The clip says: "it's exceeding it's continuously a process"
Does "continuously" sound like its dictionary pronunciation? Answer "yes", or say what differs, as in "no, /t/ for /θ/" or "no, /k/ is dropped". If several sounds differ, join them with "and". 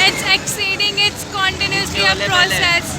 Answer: no, /l/ is dropped